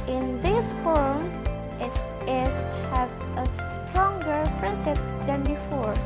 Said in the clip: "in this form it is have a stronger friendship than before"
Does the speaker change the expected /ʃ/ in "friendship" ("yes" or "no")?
yes